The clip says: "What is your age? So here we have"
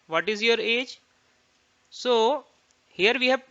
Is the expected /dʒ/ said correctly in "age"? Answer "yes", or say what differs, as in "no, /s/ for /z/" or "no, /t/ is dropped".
yes